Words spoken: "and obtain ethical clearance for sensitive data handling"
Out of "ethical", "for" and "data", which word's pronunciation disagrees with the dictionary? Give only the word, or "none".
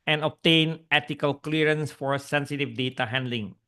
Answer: ethical